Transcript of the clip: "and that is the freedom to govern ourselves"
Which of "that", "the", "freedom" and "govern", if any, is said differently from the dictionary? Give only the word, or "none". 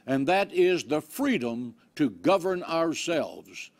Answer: none